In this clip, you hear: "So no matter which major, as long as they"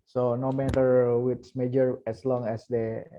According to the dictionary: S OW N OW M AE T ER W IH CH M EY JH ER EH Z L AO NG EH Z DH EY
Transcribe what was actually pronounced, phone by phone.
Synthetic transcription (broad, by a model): S OW N OW M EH T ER W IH S M EY JH ER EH S L AO NG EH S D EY